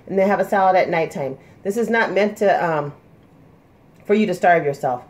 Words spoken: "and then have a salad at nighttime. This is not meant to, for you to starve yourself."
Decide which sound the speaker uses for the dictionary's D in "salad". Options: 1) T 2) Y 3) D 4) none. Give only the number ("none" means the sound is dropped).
3